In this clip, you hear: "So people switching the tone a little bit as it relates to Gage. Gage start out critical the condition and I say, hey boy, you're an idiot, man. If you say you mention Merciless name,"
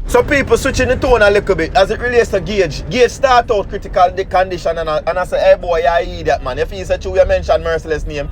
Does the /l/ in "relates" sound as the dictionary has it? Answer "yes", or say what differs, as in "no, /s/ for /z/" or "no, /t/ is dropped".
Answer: yes